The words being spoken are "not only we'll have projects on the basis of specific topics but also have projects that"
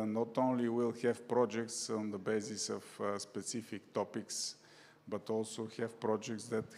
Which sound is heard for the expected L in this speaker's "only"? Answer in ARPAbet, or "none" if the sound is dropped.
L